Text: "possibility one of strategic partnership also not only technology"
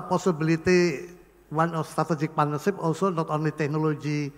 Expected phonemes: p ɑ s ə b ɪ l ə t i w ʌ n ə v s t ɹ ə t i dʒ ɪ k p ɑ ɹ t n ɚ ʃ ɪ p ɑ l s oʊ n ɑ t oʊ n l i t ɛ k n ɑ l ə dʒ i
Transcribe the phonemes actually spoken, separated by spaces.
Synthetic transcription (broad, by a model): p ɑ s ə b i l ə t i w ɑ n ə s t ɹ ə t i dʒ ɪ k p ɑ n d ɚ s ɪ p ɑ l s oʊ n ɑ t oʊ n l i t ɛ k n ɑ l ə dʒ i